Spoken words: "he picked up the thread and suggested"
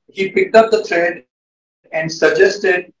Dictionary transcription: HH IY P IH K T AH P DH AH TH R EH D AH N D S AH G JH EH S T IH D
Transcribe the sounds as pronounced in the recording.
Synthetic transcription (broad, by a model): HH IY P IH K T AH P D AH T R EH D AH N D S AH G JH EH S T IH D